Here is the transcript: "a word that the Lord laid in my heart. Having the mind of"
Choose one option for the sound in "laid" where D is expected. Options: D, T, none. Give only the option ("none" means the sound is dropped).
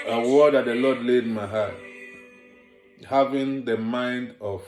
D